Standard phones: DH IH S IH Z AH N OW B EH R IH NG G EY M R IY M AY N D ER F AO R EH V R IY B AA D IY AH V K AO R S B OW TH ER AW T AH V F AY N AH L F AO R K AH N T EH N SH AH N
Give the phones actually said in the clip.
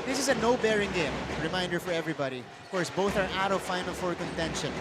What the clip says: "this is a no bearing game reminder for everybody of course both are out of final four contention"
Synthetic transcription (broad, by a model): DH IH S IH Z AH N OW B EH R IH NG G EY M R IY M AY N D ER F AO R EH V R IY B AA D IY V K AO R S B OW TH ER AW T AH V F AY N AH L F AO R K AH N T EH N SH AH N